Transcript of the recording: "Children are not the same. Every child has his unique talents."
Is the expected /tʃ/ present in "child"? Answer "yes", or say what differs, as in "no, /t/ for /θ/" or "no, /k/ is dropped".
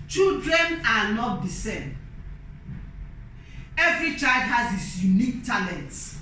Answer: yes